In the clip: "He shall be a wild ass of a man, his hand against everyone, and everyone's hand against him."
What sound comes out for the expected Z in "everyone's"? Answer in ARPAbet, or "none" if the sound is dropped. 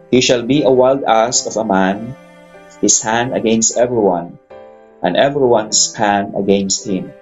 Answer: S